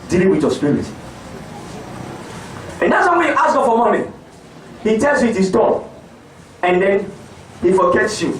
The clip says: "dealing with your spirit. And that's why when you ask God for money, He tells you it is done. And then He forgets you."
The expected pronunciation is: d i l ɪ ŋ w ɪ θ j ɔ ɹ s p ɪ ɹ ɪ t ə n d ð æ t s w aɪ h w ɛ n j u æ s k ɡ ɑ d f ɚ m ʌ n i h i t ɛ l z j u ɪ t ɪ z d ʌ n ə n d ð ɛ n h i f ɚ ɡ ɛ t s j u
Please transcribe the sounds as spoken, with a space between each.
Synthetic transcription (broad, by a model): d i l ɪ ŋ w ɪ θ j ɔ s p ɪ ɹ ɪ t ə n d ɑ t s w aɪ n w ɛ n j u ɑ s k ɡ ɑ f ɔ m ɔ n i h i t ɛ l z j u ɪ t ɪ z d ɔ ə n d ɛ n h i f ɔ ɡ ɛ t s j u